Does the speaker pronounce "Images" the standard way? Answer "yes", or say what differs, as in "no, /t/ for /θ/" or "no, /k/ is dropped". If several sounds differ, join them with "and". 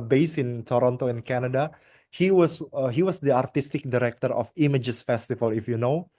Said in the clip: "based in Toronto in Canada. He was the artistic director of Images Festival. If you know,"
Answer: no, /s/ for /z/